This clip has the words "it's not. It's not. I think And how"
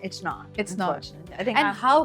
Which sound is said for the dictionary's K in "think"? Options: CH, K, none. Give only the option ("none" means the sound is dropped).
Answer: none